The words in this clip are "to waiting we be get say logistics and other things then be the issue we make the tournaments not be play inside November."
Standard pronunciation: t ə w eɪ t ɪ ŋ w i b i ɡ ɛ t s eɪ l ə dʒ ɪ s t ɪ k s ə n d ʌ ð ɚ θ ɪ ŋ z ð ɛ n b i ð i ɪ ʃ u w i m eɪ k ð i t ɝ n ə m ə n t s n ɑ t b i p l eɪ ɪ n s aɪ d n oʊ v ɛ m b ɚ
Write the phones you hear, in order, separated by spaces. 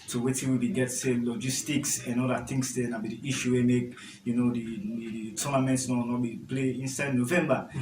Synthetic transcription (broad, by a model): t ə w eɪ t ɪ w i b i ɡ ɛ t s eɪ l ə dʒ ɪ s t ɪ k s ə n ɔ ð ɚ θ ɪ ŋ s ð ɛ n b i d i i ʃ u w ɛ m eɪ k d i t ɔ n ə m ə n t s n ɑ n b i p l eɪ ɪ n s aɪ d n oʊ v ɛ m b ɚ